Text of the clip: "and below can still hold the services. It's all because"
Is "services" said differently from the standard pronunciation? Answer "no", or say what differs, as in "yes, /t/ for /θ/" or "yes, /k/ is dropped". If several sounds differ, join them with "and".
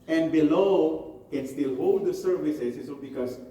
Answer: yes, /s/ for /z/